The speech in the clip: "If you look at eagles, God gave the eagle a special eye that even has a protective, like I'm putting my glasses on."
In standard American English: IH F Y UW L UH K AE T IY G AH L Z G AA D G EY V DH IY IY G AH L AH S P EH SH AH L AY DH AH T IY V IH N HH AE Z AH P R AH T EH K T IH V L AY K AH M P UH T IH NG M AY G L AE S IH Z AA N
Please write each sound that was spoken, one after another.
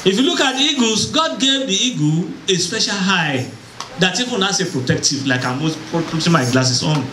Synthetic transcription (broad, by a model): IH F Y UW L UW K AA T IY G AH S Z G AA D G EY V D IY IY G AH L AH S P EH SH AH L AY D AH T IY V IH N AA S AH P R AH T EH K T IH V L AY K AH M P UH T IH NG M AY G L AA S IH S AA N